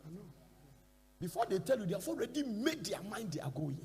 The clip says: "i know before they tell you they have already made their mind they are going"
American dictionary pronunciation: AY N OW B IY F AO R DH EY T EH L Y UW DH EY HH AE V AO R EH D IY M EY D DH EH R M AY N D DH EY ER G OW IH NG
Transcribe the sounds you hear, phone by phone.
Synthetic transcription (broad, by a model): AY N OW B IY F AO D EY T EH L Y UW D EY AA F AO R EH D IY M EY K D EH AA M AY N D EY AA G OW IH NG